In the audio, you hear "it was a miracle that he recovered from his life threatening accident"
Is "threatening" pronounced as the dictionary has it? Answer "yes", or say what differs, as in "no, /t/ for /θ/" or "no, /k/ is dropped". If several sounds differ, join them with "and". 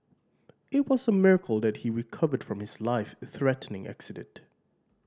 yes